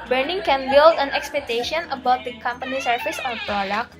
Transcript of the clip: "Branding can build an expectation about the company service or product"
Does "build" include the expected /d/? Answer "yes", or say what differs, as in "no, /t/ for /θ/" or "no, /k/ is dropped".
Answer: yes